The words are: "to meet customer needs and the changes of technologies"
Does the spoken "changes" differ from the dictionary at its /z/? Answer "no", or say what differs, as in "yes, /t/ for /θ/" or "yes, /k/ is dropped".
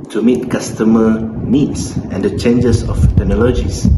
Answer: yes, /s/ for /z/